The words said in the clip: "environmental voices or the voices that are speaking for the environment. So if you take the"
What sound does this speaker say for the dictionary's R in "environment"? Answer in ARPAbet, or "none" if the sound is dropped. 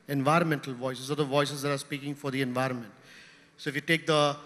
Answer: R